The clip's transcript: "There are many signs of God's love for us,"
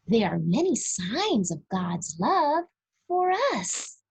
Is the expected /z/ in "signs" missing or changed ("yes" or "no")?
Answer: no